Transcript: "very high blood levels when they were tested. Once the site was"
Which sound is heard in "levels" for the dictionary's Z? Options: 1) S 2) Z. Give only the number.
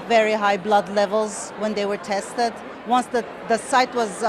2